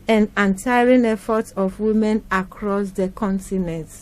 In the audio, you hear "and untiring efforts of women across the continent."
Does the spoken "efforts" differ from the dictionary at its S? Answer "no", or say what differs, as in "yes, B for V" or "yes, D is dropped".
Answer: yes, S is dropped